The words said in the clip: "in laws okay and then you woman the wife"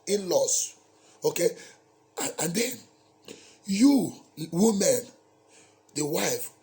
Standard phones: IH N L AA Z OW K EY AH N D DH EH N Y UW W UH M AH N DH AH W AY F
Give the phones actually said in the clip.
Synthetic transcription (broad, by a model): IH N L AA S OW K EY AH N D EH N Y UW W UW M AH N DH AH W AY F